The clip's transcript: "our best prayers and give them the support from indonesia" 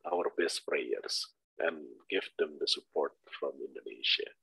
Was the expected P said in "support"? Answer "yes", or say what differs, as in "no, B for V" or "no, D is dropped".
yes